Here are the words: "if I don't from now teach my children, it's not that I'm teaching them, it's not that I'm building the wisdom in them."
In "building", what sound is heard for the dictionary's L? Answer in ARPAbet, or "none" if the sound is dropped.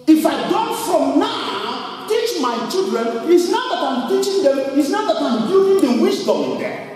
none